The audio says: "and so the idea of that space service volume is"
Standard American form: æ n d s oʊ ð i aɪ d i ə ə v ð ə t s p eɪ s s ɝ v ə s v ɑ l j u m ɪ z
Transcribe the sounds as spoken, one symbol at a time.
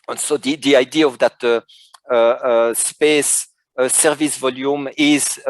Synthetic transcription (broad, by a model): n s oʊ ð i aɪ d i ə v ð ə t s p eɪ s s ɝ v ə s v ɑ l j u m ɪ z